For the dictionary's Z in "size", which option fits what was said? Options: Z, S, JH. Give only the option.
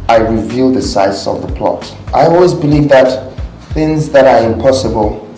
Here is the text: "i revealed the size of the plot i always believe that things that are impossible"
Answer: S